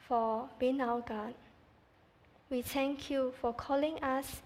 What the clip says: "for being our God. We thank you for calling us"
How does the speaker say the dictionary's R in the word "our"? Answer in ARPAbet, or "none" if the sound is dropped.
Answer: W